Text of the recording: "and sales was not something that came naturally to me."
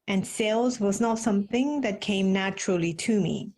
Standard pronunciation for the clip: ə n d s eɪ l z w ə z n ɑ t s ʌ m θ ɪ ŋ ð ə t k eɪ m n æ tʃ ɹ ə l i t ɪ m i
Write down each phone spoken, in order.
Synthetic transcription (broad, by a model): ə n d s eɪ l z w ə z n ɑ t s ʌ m θ ɪ ŋ ð ə t k eɪ m n æ tʃ ɹ ə l i t ɪ m i